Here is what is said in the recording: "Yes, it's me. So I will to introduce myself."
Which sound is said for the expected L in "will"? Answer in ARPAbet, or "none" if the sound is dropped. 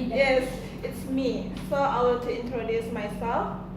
N